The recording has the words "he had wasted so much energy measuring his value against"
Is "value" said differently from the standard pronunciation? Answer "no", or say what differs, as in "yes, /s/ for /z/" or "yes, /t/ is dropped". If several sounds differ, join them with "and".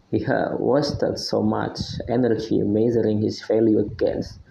yes, /f/ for /v/